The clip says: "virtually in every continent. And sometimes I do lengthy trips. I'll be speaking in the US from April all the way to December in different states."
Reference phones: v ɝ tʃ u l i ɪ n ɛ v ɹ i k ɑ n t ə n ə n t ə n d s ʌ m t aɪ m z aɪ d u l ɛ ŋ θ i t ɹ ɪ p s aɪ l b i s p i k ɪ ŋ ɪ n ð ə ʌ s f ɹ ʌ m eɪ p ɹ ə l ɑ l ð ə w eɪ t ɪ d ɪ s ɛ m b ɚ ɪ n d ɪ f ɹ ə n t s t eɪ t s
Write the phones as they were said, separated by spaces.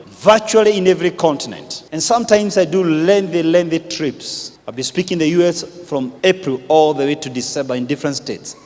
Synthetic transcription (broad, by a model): v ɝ tʃ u l i ɪ n ɛ v ɹ i k ɑ n t ə n ə n t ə n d s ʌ m t aɪ m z aɪ d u l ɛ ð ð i t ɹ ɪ p s aɪ l b i s p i k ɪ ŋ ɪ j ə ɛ s f ɹ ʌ m eɪ p ɹ ə l ɑ l ð ə w eɪ t ɪ d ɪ s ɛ b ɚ ɪ n d ɪ f ɹ ə n t s t eɪ t s